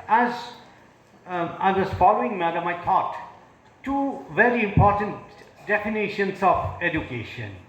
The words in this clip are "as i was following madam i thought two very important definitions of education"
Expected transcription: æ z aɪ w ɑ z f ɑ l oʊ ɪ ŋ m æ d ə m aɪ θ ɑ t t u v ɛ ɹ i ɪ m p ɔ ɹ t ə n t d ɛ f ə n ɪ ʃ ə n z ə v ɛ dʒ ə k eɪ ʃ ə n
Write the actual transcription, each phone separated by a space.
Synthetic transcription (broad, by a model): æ z aɪ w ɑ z f ɑ l oʊ ɪ ŋ m æ d ə m aɪ t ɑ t t u v ɛ ɹ i ɪ m p ɔ ɹ t ə n t d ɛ f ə n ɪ ʃ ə n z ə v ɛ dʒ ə k eɪ ʃ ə n